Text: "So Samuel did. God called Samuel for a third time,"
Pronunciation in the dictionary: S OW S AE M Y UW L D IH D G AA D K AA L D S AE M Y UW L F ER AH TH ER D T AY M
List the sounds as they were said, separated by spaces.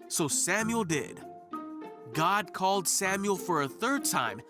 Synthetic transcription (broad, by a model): S OW S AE M Y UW L D IH D G AA D K AA L D S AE M Y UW L F ER AH TH ER D T AY M